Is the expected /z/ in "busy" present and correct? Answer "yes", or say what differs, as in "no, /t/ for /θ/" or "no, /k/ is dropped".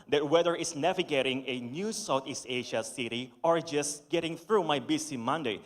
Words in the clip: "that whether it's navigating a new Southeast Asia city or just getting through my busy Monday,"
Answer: no, /s/ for /z/